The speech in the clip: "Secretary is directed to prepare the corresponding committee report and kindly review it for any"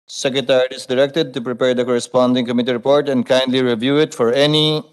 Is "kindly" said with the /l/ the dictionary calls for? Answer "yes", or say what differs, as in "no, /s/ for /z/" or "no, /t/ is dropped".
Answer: yes